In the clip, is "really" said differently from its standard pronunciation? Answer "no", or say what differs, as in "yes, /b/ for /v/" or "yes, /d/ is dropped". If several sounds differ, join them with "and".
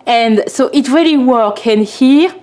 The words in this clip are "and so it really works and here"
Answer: no